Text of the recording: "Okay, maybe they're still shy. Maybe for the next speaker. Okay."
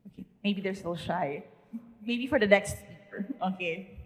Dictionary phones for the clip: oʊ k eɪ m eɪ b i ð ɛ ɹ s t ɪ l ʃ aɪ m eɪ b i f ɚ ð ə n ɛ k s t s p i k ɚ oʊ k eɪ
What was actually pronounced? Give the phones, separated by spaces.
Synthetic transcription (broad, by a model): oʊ k eɪ m eɪ b i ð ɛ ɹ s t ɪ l ʃ aɪ m eɪ b i f ɚ ð ə n ɛ k s t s i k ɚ oʊ k eɪ